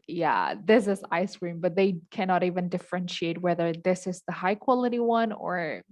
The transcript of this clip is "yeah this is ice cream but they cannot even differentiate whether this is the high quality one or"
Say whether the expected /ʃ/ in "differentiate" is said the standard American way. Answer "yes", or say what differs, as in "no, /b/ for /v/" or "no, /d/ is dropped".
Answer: yes